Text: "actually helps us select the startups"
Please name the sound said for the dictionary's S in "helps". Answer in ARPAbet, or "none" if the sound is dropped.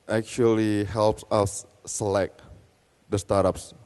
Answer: S